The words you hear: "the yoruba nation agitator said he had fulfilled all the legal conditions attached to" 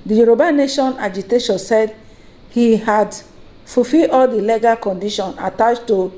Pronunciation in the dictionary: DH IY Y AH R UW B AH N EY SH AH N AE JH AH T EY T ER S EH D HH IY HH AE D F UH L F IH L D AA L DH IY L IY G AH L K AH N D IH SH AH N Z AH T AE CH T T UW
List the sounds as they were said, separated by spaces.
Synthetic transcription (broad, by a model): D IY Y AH R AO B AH N EY SH AH N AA JH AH T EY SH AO S EH D HH IY HH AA D F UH F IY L AA L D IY L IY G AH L K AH N D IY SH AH N AH T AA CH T T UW